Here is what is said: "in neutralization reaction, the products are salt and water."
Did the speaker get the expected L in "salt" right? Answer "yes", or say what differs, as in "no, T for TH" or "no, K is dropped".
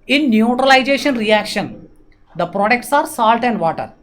yes